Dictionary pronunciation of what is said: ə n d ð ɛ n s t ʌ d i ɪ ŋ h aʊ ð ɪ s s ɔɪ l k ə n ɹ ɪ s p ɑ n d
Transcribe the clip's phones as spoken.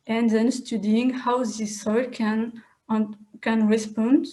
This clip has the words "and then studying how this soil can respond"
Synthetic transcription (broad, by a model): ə n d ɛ n s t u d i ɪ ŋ h aʊ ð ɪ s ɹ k n k ə n ɹ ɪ s p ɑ n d